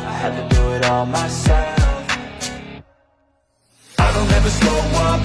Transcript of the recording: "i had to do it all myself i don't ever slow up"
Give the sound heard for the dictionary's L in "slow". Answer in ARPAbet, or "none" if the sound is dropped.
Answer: none